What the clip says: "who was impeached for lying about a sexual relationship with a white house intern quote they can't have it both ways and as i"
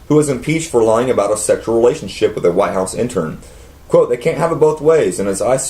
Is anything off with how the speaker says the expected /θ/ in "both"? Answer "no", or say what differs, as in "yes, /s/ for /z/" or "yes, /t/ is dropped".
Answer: no